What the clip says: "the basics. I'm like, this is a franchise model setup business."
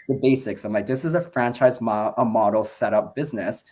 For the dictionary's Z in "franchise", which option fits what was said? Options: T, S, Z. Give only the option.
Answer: Z